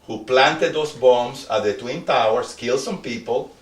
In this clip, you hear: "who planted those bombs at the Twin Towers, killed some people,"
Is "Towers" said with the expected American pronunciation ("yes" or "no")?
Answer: no